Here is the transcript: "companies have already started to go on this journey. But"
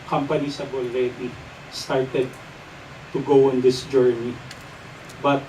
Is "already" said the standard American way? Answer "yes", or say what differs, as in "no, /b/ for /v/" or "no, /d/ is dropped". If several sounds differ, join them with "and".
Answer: no, /l/ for /ɹ/